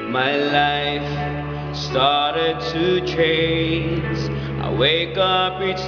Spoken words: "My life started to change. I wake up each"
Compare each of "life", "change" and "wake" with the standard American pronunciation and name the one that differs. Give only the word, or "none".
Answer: change